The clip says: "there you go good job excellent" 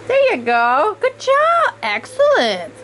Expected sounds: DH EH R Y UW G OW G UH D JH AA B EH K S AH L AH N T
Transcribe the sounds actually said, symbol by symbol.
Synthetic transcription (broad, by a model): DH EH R Y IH G OW G UH D JH AA B EH K S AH L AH N T